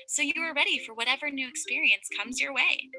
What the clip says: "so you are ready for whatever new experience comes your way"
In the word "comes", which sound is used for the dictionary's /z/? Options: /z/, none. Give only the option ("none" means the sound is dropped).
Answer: /z/